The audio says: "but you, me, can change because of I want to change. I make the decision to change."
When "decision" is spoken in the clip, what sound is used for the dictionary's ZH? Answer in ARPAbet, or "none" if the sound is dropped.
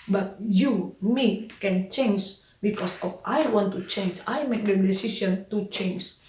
S